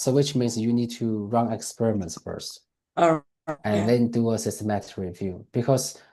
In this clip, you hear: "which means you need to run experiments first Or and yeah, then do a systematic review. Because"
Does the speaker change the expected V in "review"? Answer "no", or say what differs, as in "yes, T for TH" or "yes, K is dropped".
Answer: no